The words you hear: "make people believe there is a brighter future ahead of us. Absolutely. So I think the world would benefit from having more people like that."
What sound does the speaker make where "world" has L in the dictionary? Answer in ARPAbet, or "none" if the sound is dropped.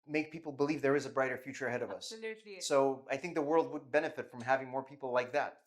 L